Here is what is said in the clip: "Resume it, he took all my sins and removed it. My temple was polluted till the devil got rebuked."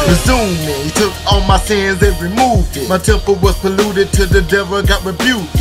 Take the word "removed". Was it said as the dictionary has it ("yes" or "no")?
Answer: yes